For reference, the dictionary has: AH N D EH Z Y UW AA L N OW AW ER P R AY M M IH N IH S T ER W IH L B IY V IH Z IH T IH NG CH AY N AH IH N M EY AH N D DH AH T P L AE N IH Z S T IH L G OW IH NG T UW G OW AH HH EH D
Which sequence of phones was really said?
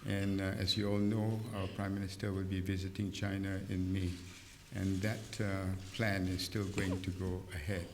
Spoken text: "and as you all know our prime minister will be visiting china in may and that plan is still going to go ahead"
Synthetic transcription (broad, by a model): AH N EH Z Y UW AA L N OW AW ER P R AY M M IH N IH S T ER W IH L B IY V IH Z IH T IH NG CH AY N AH IH N M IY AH N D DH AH T P L AE N IH Z S T IH L G OW IH NG T UW G OW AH HH EH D